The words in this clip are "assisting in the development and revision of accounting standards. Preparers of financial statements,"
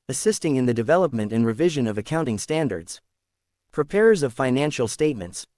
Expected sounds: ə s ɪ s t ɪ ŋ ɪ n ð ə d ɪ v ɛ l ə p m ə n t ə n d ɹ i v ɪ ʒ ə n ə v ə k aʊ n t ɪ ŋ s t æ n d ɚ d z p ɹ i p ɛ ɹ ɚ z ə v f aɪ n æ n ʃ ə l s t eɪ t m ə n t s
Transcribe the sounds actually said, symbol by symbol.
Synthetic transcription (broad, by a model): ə s ɪ s t ɪ ŋ ɪ n ð ə d ɪ v ɛ l ə p m ə n t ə n ɹ i v ɪ ʒ ə n ə v ə k aʊ n t ɪ ŋ s t æ n d ɚ d z p ɹ i p ɛ ɹ ɚ z ə v f aɪ n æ n ʃ l s t eɪ t m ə n t s